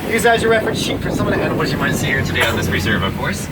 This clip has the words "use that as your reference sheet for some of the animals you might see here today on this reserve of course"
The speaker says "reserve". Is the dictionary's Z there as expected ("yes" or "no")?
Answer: yes